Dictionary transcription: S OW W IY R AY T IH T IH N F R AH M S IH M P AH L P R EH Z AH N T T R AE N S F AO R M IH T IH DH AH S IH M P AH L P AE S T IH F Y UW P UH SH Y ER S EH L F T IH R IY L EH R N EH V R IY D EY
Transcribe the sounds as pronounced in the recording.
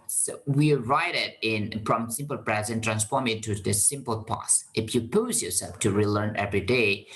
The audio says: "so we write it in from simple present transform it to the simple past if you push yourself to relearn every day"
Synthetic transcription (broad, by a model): S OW W IY R AY T IH T IH N F R AH M S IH M P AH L P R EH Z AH N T T R AE N S F AO R M IH T IH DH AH S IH M P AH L P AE S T IH F Y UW P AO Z Y ER S EH L F T IH R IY L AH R N EH V R IY D EY